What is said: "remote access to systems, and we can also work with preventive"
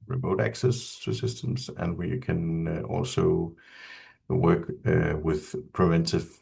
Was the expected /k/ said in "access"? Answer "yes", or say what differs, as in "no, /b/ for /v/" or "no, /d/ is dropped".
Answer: yes